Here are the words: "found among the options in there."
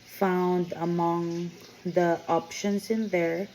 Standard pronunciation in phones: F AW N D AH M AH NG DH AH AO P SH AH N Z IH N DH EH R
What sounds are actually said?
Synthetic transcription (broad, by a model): F AW N D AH M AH NG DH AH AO P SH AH N S IH N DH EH R